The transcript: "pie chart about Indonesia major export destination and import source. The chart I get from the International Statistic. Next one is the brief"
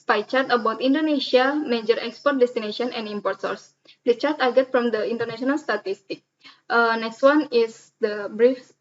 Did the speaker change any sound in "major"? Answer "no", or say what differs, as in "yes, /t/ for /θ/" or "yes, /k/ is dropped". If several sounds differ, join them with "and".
no